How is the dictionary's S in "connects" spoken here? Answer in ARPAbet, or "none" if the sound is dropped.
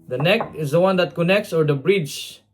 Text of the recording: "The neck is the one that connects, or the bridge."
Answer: S